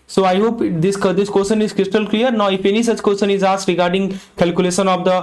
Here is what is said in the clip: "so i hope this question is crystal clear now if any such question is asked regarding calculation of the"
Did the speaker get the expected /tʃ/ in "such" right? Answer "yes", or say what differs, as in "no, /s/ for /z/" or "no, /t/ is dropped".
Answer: yes